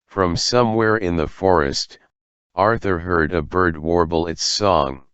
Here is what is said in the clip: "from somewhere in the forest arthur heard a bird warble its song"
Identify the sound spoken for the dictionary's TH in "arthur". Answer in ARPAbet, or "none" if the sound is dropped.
TH